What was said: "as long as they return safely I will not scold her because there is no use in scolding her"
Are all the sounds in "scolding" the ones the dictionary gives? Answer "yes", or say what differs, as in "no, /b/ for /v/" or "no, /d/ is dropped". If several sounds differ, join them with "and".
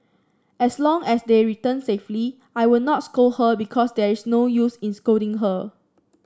no, /l/ is dropped